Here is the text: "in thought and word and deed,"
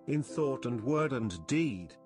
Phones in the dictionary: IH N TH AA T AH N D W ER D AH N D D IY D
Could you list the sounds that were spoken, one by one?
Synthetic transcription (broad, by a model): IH N TH AA T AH N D W ER D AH N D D IY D